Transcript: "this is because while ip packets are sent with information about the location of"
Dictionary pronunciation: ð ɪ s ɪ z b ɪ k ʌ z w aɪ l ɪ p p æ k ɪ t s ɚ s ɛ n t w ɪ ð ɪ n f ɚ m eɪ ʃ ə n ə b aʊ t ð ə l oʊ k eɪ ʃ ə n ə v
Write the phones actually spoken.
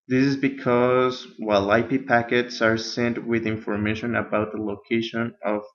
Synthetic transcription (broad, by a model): ð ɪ s ɪ z b ɪ k ʌ z w aɪ l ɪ p p æ k ɪ t s ɚ s ɛ n t w ɪ ð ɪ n f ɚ m eɪ ʃ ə n ə b aʊ t ð ə l oʊ k eɪ ʃ ə n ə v